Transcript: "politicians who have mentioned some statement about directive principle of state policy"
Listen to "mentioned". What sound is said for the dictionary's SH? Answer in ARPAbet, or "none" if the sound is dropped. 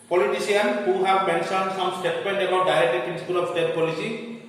S